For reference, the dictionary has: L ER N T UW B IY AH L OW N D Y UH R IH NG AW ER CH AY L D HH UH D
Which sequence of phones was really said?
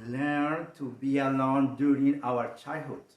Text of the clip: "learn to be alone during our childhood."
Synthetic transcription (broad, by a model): L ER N T UW B IY AH L OW N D Y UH R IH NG AW ER CH AY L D HH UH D